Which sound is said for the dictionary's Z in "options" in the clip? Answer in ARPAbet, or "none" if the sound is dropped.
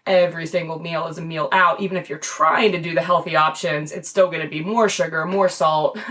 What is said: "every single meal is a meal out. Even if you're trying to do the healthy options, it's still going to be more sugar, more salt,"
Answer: Z